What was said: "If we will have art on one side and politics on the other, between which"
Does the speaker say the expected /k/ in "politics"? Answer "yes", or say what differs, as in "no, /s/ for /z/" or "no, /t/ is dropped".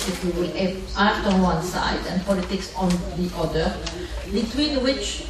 yes